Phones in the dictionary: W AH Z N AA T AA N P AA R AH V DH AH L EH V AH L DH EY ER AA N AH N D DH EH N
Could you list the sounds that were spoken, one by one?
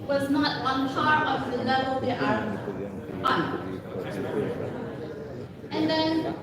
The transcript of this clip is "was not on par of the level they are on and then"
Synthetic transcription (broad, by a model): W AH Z N AA T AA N F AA R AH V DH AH L EH V AH L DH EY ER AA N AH N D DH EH N